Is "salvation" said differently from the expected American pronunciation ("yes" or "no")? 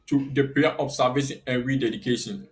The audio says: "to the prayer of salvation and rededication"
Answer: yes